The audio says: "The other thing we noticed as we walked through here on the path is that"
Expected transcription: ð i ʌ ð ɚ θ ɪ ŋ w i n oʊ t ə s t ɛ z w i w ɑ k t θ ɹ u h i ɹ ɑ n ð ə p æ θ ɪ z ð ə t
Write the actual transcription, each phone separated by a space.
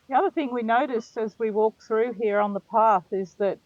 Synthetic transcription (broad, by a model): ð i ʌ ð ɚ θ ɪ ŋ w i n oʊ t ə s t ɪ z w i w ɑ k θ ɹ u h i ɹ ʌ n ð ə p æ θ ɪ z ð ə t